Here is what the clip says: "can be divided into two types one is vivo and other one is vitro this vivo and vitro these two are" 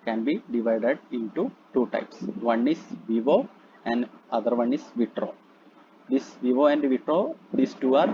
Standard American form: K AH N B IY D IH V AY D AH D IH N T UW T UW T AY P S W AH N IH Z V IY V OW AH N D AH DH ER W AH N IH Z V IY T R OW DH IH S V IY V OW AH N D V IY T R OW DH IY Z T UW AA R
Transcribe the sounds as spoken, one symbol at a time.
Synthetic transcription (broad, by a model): K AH N B IY D IH V AY D AH D IH N T UW T UW T AY P S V AH N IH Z V IY V OW AH N D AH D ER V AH N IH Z V IY T R OW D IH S V IY V OW AH N D V IY T R OW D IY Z T UW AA R